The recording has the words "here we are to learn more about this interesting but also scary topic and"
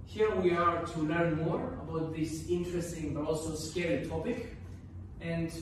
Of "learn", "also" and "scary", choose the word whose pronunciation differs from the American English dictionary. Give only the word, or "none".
scary